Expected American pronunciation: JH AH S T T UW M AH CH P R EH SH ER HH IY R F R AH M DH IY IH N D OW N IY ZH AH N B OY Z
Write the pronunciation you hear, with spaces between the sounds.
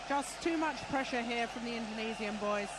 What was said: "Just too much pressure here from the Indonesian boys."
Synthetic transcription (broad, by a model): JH AH S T T UW M AH CH P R EH SH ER HH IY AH F R AH M DH IY IH N D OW N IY Z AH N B OY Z